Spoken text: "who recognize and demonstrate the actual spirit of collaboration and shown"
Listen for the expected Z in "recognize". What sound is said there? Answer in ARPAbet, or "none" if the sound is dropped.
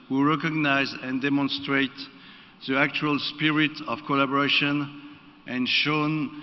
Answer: Z